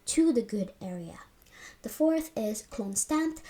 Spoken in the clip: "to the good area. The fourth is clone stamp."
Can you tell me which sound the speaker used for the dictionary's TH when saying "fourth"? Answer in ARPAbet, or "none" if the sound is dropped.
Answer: TH